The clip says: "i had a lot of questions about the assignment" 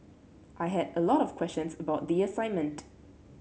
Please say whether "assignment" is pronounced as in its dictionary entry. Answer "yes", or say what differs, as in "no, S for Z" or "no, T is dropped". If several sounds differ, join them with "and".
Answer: yes